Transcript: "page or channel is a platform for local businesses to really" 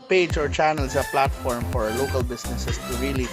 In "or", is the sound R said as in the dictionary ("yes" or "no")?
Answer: yes